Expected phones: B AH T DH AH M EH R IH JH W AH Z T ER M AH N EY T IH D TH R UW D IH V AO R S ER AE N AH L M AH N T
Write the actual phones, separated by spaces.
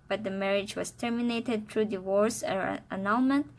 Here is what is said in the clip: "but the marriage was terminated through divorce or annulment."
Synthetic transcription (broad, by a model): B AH T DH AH M EH R IH JH W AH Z T ER M AH N EY T IH D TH R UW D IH W AO R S ER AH N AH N M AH N T